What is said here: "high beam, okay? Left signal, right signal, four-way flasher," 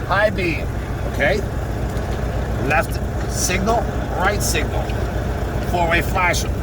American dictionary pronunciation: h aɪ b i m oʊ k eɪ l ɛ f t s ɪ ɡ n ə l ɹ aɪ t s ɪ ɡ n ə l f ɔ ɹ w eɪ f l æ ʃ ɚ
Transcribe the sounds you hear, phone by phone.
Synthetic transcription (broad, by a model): h aɪ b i oʊ k eɪ l ɛ f t s ɪ ɡ n ə l ɹ aɪ t s ɪ ɡ n ə l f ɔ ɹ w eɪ f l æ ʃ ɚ